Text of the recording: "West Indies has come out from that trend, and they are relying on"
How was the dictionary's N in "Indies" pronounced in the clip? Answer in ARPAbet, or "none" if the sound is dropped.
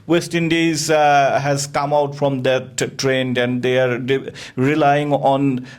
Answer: N